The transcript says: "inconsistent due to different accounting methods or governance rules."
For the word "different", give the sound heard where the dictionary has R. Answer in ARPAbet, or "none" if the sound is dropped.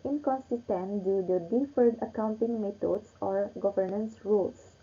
none